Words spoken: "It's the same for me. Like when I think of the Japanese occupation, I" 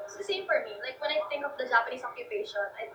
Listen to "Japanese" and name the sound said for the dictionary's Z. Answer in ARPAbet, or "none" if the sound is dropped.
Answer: S